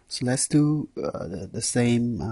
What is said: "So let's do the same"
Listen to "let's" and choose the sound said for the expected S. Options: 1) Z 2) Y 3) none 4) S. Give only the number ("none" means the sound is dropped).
4